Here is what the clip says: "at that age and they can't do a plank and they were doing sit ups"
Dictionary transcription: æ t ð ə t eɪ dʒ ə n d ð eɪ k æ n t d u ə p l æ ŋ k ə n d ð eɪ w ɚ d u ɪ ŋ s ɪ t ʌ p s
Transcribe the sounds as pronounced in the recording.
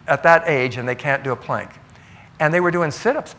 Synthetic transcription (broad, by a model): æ t ð ə t eɪ dʒ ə n ð eɪ k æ n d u ə p l æ ŋ k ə n ð eɪ w ɚ d u ɪ ŋ s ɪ t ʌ p s